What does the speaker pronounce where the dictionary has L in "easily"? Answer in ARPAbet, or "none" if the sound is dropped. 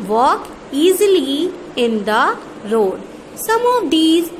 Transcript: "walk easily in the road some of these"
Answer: L